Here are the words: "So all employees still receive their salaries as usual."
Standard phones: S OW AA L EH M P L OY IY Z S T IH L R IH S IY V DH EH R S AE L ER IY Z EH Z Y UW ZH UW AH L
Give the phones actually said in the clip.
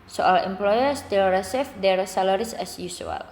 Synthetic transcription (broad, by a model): S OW AA L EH M P L OY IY S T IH L R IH S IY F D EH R S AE L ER IY S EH S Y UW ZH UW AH L